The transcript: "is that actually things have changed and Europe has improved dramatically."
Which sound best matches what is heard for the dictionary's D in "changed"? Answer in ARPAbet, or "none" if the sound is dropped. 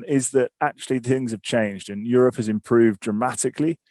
D